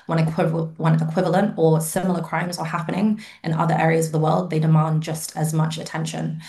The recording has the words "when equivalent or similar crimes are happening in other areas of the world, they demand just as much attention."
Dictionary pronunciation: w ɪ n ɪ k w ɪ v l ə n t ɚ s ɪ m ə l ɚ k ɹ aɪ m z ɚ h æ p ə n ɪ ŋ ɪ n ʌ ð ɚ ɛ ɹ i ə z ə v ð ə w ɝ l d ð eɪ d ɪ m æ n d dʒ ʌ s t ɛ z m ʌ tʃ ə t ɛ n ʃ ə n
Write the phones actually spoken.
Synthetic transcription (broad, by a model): w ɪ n ɪ k w ɪ v l ə n t ɚ s ɪ m l ɚ k ɹ aɪ m z ɚ h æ p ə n ɪ ŋ ɪ n ʌ ð ɚ ɛ ɹ i ə z ə v ð ə w ɝ l d ð eɪ d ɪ m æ n dʒ ʌ s t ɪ z m ʌ tʃ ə t ɛ n ʃ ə n